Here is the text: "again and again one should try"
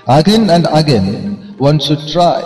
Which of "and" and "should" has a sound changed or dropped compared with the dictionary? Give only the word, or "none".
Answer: should